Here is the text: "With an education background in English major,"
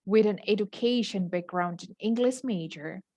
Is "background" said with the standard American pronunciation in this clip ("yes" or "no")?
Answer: yes